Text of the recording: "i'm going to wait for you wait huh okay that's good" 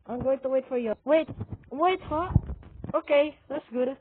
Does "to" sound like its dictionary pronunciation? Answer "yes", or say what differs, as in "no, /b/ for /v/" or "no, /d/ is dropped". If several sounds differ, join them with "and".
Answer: yes